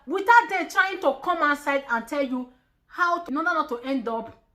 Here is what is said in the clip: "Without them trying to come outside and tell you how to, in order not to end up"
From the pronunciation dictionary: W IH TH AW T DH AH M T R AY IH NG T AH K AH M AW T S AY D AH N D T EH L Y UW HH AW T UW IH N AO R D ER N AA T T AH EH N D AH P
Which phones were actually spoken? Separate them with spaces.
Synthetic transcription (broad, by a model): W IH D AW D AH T R AY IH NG T AH K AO M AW S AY D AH N T EH L Y UW HH AW T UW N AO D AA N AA T T EH N D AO P